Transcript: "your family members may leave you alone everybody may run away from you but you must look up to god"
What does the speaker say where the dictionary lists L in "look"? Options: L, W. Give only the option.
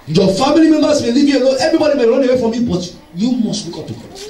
W